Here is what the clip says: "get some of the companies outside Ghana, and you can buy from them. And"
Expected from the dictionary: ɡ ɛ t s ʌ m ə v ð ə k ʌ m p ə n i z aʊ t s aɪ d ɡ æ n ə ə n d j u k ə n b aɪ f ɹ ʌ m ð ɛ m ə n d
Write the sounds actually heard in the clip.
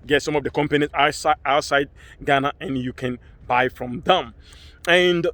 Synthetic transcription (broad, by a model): ɡ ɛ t s ʌ m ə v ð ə k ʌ m p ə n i s aʊ t s aɪ d ɡ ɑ n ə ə n j u k ə n b aɪ f ɹ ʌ m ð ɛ m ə n d